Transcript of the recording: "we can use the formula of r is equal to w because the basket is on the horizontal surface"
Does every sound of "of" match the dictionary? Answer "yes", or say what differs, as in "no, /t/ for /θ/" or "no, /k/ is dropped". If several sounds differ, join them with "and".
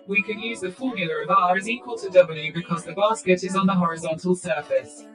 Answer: yes